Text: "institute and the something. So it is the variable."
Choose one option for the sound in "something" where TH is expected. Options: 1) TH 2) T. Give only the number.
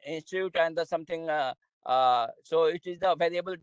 2